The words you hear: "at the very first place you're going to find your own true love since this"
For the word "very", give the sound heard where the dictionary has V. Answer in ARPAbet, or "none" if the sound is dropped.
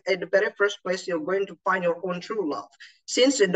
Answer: B